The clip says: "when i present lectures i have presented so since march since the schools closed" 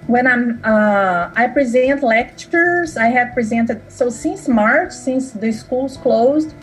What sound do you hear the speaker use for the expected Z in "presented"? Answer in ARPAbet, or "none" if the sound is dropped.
Z